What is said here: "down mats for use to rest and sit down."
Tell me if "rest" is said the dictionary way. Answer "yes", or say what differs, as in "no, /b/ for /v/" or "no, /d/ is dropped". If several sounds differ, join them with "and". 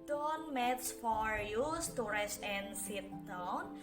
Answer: no, /t/ is dropped